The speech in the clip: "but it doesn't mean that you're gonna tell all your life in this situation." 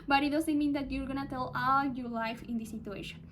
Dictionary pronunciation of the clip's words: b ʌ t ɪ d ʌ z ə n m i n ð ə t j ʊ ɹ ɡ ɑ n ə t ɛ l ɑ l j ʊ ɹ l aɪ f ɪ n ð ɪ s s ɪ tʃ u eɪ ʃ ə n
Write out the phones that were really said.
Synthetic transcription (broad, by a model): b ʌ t ɪ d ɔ s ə m i n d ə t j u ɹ ɡ ɑ n ə t ɛ l ɑ l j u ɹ l aɪ f ɪ n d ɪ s s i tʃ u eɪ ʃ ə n